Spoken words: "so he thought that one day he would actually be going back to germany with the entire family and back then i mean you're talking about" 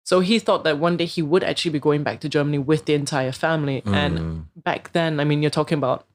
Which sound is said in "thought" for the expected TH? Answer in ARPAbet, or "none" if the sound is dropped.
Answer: TH